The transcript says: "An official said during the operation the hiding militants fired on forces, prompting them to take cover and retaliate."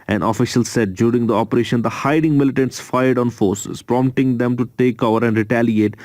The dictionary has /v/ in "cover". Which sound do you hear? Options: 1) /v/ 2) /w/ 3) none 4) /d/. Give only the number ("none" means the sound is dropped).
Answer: 3